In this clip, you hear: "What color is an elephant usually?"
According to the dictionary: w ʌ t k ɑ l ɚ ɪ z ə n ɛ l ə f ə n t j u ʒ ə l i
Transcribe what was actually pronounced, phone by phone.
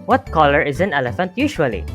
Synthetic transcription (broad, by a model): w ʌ t k ɑ l ɚ ɪ z ə n ɛ l ə f ə n t j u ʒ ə l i